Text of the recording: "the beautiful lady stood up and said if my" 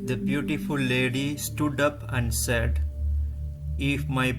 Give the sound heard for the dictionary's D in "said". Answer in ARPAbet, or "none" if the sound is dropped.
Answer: D